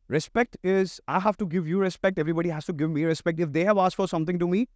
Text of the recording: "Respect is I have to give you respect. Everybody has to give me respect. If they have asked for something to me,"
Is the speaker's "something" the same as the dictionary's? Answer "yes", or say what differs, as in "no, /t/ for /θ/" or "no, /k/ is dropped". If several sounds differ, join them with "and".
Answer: no, /t/ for /θ/